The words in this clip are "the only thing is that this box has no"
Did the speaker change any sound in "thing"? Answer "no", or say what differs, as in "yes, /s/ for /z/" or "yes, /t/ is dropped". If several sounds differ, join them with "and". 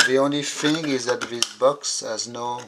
yes, /f/ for /θ/